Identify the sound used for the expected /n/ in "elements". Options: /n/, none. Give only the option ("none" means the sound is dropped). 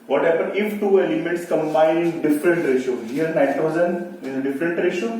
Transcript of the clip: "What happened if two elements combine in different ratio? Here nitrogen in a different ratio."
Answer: none